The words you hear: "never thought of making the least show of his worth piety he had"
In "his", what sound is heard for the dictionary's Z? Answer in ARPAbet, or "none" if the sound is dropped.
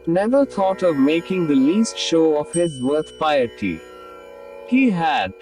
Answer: Z